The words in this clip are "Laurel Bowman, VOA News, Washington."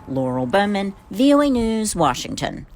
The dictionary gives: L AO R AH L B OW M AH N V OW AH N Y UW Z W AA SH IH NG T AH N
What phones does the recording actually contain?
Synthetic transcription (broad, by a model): L AO R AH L B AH M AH N V OW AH N Y UW Z W AA SH IH NG T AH N